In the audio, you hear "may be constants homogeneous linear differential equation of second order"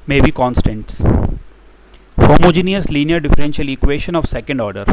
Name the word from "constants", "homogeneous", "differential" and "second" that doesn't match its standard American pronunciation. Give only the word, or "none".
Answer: none